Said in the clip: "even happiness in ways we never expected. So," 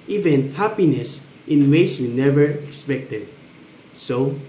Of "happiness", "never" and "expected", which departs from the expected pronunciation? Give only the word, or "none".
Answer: none